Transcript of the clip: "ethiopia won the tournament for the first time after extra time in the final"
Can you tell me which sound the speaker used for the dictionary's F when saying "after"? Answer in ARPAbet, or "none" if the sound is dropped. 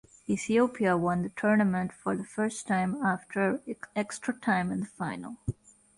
F